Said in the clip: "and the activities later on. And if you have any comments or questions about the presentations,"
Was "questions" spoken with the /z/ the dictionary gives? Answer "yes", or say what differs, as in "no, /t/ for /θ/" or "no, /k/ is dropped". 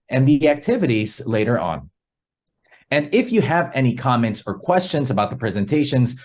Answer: yes